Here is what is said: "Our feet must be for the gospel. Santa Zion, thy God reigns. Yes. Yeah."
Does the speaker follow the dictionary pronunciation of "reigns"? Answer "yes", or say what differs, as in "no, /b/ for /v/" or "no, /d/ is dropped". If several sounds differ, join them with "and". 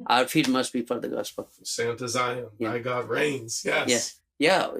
yes